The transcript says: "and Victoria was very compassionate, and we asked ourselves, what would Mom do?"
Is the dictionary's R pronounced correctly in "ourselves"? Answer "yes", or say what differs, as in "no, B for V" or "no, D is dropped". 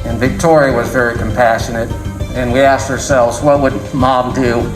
yes